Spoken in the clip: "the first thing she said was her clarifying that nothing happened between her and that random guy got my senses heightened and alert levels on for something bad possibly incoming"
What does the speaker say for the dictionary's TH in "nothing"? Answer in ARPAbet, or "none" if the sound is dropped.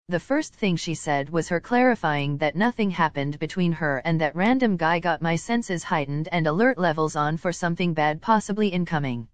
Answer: TH